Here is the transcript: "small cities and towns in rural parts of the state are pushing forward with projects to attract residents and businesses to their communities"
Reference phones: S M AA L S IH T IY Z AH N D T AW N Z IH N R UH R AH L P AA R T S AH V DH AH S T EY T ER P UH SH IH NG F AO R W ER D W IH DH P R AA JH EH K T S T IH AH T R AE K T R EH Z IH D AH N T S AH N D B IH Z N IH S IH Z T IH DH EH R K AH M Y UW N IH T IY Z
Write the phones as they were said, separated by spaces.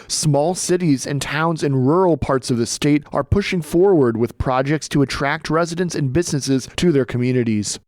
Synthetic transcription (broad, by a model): S M AA L S IH T IY Z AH N T AW N Z IH N R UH R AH L P AA R T S AH V DH AH S T EY T ER P UH SH IH NG F AO R W ER D W IH DH P R AA JH EH K T S T IH AH T R AE K T R EH Z IH D AH N T S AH N B IH Z N IH S IH Z T IH DH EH R K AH M Y UW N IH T IY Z